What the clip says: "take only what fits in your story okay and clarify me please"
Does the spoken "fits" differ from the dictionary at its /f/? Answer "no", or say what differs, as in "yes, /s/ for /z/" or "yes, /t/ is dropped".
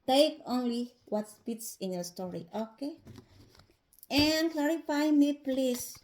yes, /p/ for /f/